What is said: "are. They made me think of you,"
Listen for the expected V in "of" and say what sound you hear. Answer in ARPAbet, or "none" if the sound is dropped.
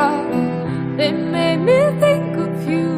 F